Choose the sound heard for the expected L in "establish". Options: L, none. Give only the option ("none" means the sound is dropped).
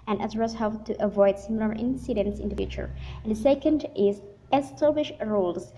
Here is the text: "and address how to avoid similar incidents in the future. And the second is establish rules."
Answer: none